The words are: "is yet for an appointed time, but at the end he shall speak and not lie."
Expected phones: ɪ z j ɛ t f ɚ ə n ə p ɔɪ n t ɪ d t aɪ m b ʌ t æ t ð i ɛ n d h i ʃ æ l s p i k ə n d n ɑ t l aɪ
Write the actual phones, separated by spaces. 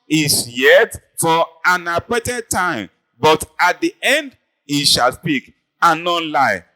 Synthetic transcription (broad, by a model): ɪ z j ɛ t f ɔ ə n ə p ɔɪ t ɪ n t aɪ m b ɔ t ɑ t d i ɛ n d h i ʃ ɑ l s p i k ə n n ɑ l aɪ